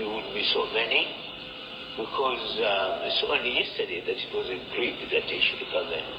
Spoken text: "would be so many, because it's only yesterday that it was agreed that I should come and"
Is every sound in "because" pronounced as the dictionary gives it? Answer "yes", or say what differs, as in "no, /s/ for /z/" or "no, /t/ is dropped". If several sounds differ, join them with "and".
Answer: yes